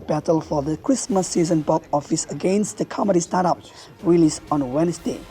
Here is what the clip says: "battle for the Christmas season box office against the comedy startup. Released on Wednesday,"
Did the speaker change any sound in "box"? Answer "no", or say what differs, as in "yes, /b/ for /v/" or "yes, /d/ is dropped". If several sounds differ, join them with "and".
yes, /s/ is dropped